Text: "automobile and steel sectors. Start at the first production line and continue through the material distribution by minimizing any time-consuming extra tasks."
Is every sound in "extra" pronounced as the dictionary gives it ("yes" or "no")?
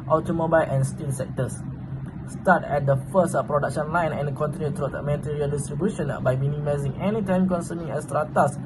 no